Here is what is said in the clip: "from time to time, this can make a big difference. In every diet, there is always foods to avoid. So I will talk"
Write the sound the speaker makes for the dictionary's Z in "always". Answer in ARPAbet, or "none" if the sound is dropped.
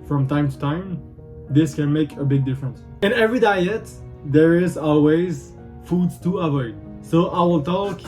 Z